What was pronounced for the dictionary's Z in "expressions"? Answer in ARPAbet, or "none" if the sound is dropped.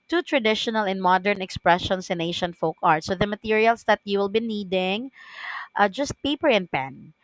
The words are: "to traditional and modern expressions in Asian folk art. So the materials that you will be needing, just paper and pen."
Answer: S